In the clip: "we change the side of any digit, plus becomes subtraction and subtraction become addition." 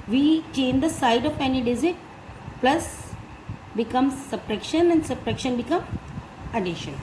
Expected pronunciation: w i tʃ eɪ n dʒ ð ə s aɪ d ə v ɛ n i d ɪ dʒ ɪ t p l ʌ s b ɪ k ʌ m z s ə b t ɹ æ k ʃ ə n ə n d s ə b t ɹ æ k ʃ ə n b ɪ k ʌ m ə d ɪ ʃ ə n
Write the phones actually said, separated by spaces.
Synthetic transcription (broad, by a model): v i tʃ eɪ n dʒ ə s aɪ d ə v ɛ n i d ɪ z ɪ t p l ʌ s b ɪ k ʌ m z s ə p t ɹ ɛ k ʃ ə n ə n d s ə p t ɹ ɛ k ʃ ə n b ɪ k ʌ m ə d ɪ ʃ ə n